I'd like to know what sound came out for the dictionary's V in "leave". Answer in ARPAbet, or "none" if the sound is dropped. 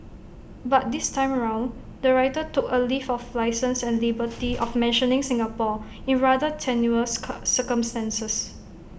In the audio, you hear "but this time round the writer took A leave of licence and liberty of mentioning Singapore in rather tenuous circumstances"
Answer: F